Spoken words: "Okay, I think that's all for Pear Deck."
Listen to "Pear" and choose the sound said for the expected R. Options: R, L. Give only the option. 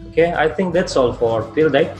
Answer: L